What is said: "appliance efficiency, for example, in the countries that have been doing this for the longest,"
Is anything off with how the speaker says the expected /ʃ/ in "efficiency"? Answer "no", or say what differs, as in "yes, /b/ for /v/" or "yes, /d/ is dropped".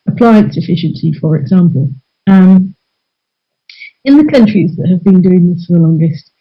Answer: no